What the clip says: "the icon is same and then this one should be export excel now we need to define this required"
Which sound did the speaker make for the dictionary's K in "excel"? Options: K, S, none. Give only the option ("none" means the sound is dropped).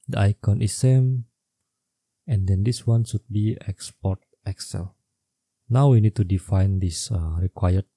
K